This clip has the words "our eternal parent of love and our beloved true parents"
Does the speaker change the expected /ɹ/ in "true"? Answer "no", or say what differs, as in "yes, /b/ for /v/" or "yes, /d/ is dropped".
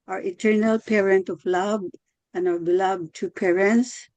yes, /ɹ/ is dropped